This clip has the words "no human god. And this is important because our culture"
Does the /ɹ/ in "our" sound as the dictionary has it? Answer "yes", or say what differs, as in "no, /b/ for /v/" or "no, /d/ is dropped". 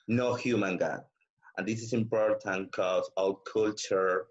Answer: no, /l/ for /ɹ/